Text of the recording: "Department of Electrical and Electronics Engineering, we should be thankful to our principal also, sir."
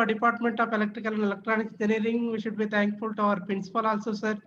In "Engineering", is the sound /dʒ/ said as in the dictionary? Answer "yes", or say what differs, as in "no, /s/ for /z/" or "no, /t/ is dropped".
no, /dʒ/ is dropped